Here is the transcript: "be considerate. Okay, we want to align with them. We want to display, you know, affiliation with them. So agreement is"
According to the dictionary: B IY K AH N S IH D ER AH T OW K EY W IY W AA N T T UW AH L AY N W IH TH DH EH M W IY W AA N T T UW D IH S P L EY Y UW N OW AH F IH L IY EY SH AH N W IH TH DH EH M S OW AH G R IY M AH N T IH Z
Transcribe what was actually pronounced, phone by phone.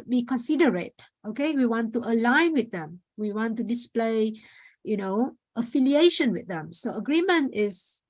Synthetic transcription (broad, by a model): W IY K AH N S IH D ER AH T OW K EY W IY W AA N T T UW AH L AY N W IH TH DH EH M W IY W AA N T T UW D IH S P L EY Y UW N OW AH F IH L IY EY SH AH N W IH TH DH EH M S OW AH G R IY M AH N T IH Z